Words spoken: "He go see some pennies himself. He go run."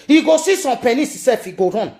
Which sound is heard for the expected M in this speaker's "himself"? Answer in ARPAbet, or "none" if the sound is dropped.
none